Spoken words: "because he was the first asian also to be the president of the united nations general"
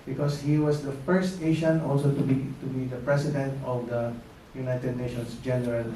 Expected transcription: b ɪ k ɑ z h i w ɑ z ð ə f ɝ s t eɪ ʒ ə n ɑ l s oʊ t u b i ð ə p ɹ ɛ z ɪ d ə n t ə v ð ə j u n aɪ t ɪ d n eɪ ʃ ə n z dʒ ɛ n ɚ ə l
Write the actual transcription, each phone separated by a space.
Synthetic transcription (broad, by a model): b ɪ k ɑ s h i w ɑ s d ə f ɝ s t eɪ ʃ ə n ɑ l s oʊ t u b i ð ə p ɹ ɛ s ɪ d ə n t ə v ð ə j u n aɪ t ɪ d n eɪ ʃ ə n s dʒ ɛ n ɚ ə l